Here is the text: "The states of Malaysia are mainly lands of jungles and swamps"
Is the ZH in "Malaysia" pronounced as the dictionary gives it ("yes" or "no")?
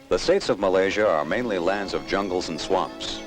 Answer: yes